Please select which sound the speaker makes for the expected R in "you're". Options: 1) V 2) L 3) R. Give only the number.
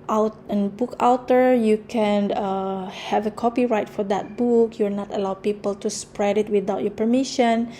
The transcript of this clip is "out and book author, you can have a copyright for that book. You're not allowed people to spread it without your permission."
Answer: 2